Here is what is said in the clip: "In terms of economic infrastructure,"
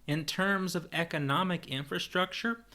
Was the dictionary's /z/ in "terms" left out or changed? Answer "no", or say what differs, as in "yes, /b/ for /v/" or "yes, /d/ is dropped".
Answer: no